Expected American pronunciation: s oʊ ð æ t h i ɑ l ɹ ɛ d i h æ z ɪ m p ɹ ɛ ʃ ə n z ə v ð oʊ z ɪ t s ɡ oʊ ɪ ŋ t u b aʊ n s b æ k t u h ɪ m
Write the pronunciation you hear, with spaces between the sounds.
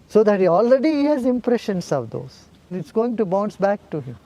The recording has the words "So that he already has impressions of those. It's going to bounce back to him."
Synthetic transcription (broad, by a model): s oʊ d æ t h i ɑ l ɹ ɛ d i h æ z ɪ m p ɹ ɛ ʃ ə n s ə v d oʊ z ɪ t s ɡ oʊ ɪ ŋ t u b aʊ n s b æ k t u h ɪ m